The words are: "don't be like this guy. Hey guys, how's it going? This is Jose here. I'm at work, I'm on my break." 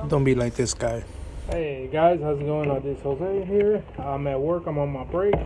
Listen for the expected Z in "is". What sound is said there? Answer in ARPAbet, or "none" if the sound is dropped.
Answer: S